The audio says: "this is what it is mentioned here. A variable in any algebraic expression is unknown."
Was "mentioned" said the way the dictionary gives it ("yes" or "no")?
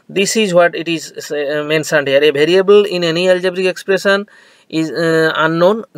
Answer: no